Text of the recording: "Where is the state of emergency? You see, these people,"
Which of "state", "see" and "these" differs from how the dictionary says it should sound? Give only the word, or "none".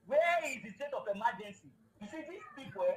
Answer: these